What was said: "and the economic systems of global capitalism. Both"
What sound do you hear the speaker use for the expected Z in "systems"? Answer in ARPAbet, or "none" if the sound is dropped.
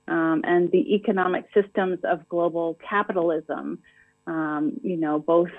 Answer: Z